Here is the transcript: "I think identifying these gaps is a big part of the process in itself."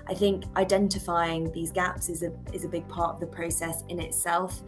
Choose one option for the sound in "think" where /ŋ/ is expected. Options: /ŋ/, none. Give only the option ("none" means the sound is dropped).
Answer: /ŋ/